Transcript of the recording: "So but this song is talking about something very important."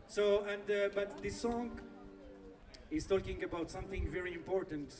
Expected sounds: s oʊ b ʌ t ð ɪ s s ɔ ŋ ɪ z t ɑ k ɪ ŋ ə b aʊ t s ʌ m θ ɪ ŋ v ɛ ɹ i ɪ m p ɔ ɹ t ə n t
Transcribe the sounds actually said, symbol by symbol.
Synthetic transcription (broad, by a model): s oʊ b ʌ t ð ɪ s s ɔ ŋ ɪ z t ɑ k ɪ ŋ ə b aʊ t s ʌ m θ ɪ ŋ v ɛ ɹ i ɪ m p ɔ ɹ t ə n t